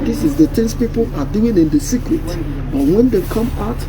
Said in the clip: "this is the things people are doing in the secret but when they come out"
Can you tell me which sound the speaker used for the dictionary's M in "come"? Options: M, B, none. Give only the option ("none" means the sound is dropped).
M